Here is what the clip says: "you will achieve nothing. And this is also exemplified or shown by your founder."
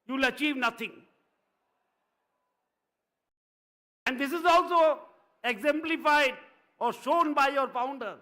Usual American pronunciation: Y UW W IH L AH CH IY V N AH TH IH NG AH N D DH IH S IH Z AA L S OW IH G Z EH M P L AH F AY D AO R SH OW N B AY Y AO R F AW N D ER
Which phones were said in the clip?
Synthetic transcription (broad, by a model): Y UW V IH L AH CH IY V N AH T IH NG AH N D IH S IH Z AA L S OW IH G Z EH M P L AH F AY D AO R SH OW N B AY Y AO R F AW N D ER